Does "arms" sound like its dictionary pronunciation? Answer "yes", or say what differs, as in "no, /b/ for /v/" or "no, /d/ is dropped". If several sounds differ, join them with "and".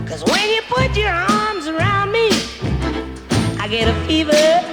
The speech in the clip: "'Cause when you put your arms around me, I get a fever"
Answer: yes